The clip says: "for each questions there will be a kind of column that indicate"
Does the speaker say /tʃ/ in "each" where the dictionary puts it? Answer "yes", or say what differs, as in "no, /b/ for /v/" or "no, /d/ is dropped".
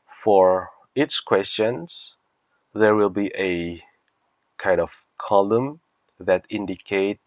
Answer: no, /s/ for /tʃ/